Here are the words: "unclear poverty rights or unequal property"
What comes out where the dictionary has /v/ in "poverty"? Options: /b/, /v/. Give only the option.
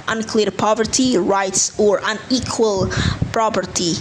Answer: /v/